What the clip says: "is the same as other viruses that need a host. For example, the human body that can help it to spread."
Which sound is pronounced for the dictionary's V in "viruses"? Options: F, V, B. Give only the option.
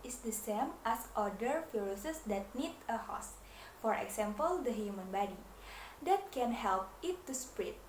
F